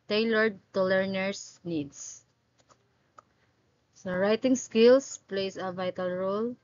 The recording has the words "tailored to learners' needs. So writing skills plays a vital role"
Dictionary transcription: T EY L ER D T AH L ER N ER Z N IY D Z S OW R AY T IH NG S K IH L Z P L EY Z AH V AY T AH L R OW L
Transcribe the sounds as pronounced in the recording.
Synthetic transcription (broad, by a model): T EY L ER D T AH L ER N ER S N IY D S S OW R AY T IH NG S K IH L S P L EY S AH V AY T AH L R OW L